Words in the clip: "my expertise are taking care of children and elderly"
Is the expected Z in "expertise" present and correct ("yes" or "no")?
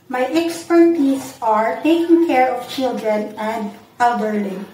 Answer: no